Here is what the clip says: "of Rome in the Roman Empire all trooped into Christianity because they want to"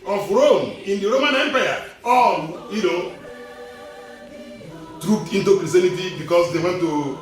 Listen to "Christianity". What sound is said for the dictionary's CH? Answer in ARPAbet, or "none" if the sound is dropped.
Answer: none